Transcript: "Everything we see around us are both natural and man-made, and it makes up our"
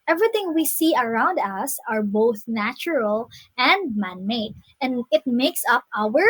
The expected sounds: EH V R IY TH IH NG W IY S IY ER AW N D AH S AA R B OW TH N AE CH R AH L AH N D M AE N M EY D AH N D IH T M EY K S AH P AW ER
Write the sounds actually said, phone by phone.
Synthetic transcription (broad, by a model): EH V R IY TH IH NG W IY S IY ER AW N D AH S AA R B OW TH N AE CH R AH L AH N D M AE N M EY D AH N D IH T M EY K S AH P AW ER